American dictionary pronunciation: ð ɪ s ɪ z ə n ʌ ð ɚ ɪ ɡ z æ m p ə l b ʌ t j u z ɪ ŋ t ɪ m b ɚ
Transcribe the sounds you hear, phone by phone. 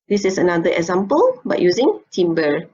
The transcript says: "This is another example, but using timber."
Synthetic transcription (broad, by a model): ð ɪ s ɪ s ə n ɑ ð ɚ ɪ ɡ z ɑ m p ə l b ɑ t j u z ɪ ŋ t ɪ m b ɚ